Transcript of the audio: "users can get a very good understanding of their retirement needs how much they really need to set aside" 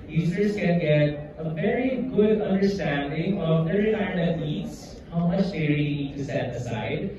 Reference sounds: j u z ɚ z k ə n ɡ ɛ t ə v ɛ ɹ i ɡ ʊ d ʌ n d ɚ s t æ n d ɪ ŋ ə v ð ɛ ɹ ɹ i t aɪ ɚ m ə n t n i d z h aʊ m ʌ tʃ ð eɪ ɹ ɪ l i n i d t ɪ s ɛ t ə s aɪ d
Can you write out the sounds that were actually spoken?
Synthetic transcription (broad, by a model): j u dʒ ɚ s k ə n ɡ ɛ t ə v ɛ ɹ i ɡ ʊ d ʌ n d ɚ s t æ n d ɪ ŋ ə v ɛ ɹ ɹ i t aɪ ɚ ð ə t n i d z h aʊ m ʌ tʃ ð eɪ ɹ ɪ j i n i d t ɪ s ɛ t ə s aɪ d